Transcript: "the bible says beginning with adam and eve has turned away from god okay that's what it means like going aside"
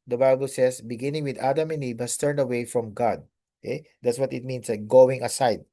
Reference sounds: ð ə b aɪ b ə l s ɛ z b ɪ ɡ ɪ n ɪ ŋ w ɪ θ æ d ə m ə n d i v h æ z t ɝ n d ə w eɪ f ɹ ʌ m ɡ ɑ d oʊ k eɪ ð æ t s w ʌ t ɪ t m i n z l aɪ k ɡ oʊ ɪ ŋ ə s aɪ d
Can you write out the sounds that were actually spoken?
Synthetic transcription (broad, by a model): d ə b aɪ b ə l s ɛ s b ɪ ɡ ɪ n ɪ ŋ w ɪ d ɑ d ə m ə n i b h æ s t ɝ n d ə w eɪ f ɹ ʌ m ɡ ɑ d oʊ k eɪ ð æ t s w ʌ t ɪ t m i n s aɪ ɡ oʊ ɪ ŋ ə s aɪ d